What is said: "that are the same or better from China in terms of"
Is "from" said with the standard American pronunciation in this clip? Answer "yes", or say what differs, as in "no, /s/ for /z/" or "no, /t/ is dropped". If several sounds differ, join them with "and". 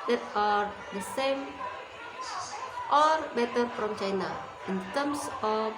no, /p/ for /f/